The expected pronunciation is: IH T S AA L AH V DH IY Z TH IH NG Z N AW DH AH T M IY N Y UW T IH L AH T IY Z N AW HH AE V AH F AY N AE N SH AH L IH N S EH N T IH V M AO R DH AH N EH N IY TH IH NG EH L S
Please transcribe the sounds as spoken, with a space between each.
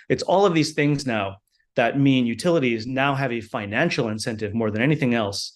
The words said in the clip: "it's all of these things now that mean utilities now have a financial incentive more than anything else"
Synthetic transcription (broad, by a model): IH T S AA L AH V DH IY Z TH IH NG Z N AW DH AH T M IY N Y UW T IH L AH T IY Z N AW HH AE V AH F AY N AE N SH L IH N S EH N T IH V M AO R DH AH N EH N IY TH IH NG EH L S